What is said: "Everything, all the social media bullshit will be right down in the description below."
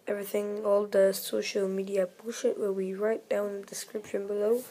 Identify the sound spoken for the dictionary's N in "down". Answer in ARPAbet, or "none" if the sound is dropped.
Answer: none